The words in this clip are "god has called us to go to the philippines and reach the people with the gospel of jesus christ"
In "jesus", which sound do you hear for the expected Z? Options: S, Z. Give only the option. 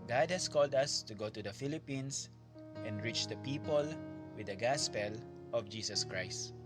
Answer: S